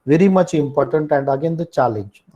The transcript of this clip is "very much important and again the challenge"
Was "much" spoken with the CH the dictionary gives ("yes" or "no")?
yes